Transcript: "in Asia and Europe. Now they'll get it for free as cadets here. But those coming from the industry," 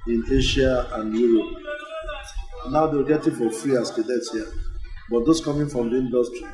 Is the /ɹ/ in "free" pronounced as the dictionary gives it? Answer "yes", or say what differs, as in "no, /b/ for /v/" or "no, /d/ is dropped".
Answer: yes